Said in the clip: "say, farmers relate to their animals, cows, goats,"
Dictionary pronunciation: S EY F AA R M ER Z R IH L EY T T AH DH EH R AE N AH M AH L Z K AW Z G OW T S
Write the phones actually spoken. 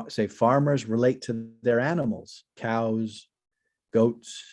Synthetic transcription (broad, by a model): S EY F AA R M ER Z R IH L EY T T AH DH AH R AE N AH M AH L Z K AW Z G OW T S